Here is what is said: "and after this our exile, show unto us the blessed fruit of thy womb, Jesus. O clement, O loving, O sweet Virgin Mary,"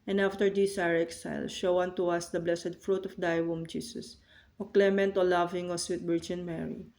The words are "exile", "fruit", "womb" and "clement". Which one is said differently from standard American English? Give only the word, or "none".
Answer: none